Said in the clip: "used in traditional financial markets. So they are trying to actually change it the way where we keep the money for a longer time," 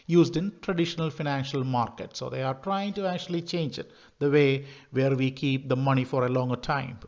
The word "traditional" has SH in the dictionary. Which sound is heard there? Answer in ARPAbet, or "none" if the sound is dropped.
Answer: SH